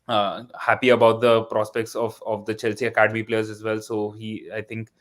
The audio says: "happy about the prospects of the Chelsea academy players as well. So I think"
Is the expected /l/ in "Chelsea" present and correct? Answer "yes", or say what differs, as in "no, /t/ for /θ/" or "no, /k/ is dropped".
yes